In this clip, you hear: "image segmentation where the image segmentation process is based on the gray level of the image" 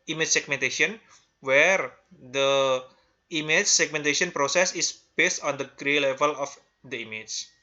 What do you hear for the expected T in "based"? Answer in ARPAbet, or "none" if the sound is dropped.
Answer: T